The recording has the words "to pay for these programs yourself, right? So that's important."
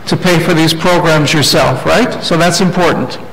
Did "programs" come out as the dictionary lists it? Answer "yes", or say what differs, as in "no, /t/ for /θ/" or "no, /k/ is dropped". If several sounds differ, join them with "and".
yes